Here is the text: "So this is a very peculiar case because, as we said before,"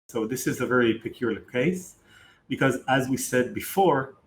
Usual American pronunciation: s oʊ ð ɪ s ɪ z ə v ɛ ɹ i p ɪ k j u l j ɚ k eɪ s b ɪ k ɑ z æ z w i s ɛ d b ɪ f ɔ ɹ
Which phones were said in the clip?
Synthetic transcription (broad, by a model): s oʊ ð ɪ s ɪ z ə v ɛ ɹ i p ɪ k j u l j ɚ k eɪ s b ɪ k ɑ z æ z w i s ɛ d b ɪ f ɔ ɹ